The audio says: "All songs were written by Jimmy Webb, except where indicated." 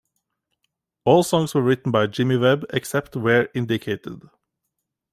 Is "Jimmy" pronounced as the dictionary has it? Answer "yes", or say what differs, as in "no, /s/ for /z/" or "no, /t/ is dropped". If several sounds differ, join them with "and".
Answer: yes